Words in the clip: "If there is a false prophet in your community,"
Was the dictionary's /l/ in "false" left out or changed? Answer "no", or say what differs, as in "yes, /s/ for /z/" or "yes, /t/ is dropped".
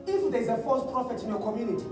yes, /l/ is dropped